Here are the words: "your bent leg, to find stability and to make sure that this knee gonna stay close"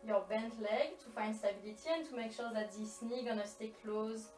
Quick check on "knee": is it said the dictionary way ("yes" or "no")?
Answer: yes